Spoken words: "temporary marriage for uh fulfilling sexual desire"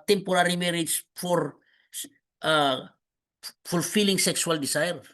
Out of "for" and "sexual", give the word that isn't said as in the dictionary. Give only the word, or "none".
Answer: sexual